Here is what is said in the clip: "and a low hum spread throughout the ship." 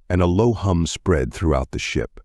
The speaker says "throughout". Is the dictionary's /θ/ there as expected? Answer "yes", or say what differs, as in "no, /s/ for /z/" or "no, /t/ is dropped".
yes